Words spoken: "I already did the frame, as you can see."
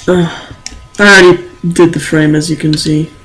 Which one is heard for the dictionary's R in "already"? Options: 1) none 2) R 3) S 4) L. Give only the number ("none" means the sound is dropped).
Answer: 1